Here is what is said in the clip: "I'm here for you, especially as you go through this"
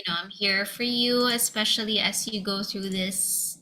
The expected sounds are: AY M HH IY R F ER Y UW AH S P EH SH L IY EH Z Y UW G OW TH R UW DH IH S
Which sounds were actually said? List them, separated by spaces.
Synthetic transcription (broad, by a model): AY M HH IY R F ER Y UW AH S P EH SH L IY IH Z Y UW G OW TH R UW DH IH S